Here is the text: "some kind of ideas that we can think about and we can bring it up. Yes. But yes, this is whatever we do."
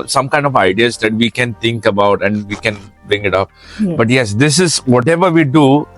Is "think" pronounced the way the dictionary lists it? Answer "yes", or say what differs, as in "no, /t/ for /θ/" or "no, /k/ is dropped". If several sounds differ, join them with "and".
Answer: no, /t/ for /θ/